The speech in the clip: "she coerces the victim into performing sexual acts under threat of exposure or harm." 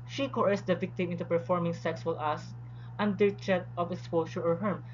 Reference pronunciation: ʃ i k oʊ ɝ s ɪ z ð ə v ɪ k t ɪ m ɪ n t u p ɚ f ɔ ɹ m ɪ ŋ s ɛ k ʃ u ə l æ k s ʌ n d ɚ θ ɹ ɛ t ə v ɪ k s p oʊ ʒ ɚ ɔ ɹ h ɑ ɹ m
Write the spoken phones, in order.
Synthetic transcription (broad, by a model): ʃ i k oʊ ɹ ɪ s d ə v ɪ k t ɪ m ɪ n t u p ɚ f ɔ ɹ m ɪ ŋ s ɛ k s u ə l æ s ʌ n d ɚ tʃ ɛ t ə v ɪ k s p oʊ ʃ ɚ ɔ ɹ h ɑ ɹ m